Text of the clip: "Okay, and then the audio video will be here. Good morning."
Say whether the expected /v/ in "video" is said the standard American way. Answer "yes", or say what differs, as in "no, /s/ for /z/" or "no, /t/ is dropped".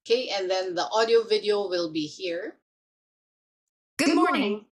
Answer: yes